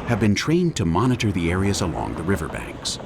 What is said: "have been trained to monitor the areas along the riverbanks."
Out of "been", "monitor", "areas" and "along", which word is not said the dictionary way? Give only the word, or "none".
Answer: none